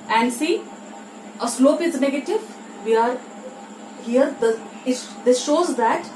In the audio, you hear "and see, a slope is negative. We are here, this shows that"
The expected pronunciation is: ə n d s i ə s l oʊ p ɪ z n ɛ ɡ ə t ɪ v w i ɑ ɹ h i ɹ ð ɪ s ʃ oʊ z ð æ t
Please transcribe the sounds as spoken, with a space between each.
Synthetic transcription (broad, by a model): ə n d s i ə s l oʊ p ɪ z n ɛ ɡ ə t ɪ v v i ɑ ɹ h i ɹ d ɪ s ʃ oʊ z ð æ t